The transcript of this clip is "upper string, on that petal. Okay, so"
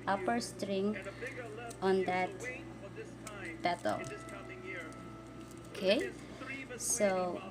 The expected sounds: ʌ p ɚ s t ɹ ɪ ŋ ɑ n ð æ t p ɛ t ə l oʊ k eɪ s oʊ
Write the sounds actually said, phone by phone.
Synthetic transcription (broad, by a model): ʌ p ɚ s t ɹ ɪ ŋ ɑ n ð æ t b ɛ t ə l oʊ k eɪ s oʊ